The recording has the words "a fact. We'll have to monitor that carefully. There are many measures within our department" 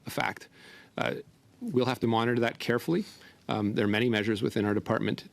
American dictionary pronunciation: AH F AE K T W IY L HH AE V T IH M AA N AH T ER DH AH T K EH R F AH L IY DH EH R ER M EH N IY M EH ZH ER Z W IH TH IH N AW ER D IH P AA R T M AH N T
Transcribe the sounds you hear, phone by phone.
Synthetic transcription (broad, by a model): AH F AE K T W IY L HH AE F T IH M AA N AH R DH AH T K EH R F L IY DH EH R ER M EH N IY M EH ZH ER Z W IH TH IH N AW ER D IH P AA R T M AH N T